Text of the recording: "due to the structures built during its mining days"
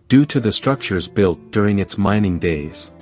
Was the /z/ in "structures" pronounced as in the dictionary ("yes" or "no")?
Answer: yes